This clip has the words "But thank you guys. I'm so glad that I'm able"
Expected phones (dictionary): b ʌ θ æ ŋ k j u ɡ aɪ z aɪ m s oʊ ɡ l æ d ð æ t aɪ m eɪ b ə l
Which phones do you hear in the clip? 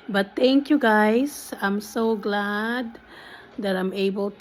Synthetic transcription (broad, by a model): b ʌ t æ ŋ k j u ɡ aɪ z aɪ m s oʊ ɡ l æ d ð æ t aɪ m eɪ b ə l